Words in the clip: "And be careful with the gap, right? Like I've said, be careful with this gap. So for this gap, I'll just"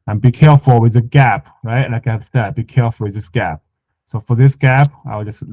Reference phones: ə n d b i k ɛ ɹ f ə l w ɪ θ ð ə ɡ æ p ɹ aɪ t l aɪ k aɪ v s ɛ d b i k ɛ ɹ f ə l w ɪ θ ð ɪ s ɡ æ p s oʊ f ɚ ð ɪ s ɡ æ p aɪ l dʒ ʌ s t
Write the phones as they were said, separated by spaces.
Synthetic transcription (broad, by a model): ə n b i k ɛ ɹ f ə l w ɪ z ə ɡ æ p ɹ aɪ t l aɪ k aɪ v s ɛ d b i k ɛ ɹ f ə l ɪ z ð ɪ s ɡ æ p s oʊ f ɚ ð ɪ s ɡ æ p aɪ w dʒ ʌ s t